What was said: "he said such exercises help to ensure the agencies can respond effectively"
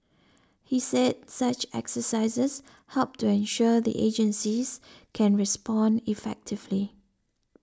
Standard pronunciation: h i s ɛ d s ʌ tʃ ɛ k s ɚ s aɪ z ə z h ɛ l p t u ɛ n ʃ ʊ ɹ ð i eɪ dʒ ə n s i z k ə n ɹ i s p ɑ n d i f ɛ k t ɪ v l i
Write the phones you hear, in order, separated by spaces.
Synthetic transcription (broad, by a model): h i s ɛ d s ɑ tʃ ɛ k s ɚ s aɪ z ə s h ɛ l p t u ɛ n ʃ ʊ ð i eɪ dʒ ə n s i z k ə n ɹ i s p ɑ n d i f ɛ k t ɪ v l i